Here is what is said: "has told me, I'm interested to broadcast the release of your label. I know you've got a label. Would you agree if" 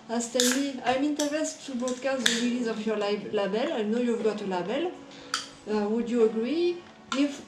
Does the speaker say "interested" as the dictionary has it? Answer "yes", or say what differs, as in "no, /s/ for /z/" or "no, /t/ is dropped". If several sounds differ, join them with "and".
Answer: no, /ɹ/ is dropped